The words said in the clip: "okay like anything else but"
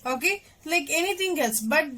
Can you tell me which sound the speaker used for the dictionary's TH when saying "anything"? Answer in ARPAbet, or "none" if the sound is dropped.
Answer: T